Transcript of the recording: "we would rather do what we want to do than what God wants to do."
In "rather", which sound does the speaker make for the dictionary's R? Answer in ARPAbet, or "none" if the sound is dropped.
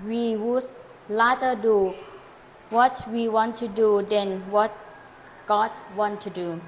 L